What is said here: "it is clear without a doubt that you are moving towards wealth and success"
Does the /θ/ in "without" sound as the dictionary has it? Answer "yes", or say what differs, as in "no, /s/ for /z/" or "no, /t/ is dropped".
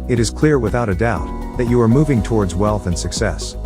yes